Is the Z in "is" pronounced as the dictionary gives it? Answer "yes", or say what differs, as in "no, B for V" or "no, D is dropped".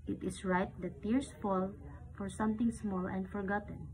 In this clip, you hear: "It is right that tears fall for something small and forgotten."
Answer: no, S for Z